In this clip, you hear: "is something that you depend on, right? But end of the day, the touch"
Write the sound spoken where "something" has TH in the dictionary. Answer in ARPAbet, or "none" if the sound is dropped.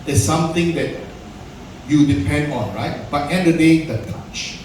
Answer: T